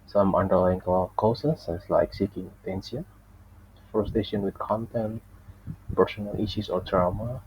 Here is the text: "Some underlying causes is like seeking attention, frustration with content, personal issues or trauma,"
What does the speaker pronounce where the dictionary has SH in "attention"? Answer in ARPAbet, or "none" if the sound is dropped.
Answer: S